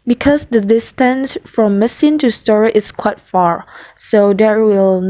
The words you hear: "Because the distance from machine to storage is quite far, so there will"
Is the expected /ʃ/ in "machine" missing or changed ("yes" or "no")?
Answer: yes